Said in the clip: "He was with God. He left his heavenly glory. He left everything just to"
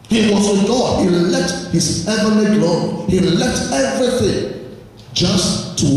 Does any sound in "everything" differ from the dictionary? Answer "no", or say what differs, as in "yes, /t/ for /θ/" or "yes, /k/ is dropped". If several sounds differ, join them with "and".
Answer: no